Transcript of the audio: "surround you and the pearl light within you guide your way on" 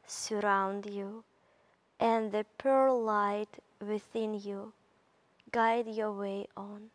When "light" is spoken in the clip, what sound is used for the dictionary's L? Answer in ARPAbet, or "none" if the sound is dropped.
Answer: L